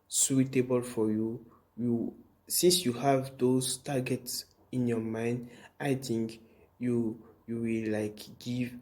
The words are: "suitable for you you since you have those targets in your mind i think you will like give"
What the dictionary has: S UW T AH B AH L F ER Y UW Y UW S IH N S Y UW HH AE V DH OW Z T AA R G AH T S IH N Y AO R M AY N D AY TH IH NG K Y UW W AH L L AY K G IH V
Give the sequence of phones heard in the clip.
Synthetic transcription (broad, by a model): S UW T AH B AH L F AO Y UW Y UW S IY N S Y UW HH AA V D OW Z T AA G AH T S IH N Y AO M AY N D AY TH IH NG K Y UW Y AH W L AY K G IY V